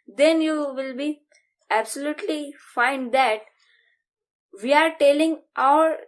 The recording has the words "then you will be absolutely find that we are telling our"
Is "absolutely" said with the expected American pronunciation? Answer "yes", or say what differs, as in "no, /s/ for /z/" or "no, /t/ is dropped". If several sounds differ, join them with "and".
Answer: yes